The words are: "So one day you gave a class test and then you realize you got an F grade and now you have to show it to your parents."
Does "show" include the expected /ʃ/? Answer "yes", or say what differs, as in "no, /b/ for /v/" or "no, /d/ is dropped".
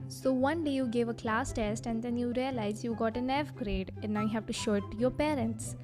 yes